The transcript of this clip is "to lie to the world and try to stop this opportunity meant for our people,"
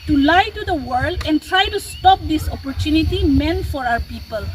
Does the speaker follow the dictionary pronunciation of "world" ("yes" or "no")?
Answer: yes